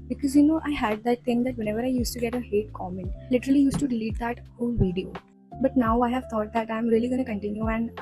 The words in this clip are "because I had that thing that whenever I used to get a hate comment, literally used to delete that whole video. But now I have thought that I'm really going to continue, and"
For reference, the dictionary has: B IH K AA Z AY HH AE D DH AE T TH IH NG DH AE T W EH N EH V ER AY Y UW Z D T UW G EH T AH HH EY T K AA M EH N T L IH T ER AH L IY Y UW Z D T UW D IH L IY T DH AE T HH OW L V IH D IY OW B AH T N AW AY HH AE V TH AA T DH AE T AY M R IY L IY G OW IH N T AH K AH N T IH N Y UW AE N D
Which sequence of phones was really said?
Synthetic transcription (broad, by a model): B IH K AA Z AY HH AE D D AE T T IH NG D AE T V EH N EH V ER AY Y UW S T UW G EH T AH HH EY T K AA M EH N T L IH T ER AH L IY Y UW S T UW D IH L IY T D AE T HH OW L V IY D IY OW B AH T N AW AY HH AE V T AA T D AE T AY M R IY L IY G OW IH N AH K AH N T IH N Y UW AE N D